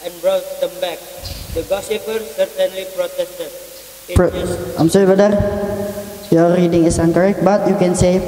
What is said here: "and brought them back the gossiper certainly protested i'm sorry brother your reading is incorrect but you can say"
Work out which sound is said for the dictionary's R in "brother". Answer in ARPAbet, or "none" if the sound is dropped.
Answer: none